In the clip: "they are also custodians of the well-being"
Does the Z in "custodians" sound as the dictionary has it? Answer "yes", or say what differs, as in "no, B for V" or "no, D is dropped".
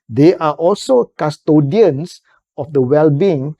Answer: no, S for Z